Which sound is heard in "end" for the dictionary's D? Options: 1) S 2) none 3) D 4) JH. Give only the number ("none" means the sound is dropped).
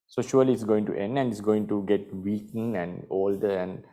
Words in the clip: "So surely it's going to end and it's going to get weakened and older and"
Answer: 3